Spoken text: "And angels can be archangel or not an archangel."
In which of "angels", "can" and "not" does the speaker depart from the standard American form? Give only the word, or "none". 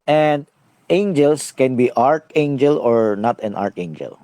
angels